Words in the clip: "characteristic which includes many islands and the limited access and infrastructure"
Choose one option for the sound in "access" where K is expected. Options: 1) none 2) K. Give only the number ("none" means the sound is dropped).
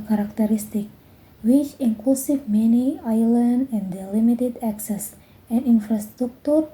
2